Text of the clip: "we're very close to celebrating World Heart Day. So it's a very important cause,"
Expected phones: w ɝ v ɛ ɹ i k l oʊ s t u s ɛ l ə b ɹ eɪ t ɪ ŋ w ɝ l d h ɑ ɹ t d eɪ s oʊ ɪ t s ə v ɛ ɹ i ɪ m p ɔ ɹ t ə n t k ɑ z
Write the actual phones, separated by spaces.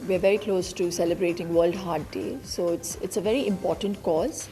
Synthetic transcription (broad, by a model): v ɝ v ɛ ɹ i k l oʊ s t u s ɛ l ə b ɹ eɪ t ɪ ŋ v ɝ l d h ɑ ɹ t d eɪ s oʊ ɪ t s ə v ɛ ɹ i ɪ m p ɔ ɹ t ə n t k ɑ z